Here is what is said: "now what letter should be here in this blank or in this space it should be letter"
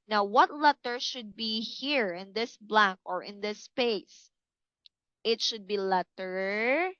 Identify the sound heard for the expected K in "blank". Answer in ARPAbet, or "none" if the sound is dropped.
K